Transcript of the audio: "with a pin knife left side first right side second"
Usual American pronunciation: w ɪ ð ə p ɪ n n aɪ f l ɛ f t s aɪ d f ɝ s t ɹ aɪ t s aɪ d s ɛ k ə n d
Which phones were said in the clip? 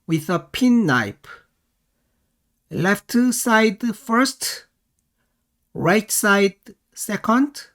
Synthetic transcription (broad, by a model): w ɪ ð ə p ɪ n n aɪ p l ɛ f t s aɪ d f ɝ s t ɹ aɪ t s aɪ d s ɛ k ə n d